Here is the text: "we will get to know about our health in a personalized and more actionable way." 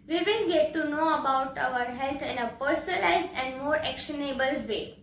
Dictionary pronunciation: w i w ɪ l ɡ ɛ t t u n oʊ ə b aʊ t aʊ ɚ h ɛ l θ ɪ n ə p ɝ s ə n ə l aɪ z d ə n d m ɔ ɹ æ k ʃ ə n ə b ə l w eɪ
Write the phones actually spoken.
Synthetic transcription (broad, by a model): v i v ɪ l ɡ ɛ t t u n oʊ ə b aʊ t aʊ ɚ h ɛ l t ɪ n ə p ɝ s ə n ə l aɪ z d ə n d m ɔ ɹ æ k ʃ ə n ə b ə l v eɪ